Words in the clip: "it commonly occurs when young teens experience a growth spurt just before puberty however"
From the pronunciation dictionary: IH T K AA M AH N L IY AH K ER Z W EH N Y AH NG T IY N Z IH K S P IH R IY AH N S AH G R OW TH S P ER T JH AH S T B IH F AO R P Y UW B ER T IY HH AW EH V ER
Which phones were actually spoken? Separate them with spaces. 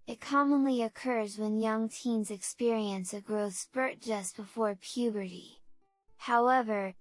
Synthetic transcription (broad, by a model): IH T K AA M AH N L IY AH K ER Z W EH N Y AH NG T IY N Z IH K S P IH R IY AH N S AH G R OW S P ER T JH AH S B IH F AO R P Y UW B ER T IY HH AW EH V ER